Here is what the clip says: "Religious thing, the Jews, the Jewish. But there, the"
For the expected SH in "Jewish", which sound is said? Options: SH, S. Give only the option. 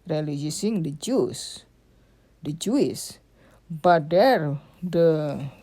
S